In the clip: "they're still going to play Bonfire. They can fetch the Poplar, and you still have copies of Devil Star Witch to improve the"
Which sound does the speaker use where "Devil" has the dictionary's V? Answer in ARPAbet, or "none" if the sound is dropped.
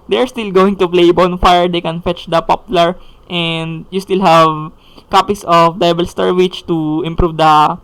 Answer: B